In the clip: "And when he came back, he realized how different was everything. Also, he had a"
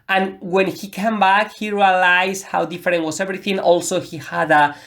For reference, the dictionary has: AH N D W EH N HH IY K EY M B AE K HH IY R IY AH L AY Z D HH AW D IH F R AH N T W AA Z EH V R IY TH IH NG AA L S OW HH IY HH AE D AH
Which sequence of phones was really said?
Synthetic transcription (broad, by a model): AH N W EH N HH IY K EY M B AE K HH IY R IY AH L AY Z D HH AW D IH F R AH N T W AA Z EH V R IY TH IH NG AA L S OW HH IY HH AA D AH